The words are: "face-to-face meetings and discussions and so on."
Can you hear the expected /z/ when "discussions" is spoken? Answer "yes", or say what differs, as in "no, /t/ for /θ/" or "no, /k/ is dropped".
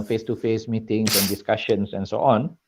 no, /s/ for /z/